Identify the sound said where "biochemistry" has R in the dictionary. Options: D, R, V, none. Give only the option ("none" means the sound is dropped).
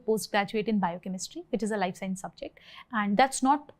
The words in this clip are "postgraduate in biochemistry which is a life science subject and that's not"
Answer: R